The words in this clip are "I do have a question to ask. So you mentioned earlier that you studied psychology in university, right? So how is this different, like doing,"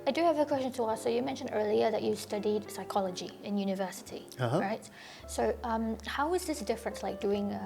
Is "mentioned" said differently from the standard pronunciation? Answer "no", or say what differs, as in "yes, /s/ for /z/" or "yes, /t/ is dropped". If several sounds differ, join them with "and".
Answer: no